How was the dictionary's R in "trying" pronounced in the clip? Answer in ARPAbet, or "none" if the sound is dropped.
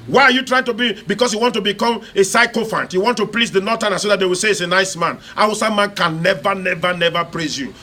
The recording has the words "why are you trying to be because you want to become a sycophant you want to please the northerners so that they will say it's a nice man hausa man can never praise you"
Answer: R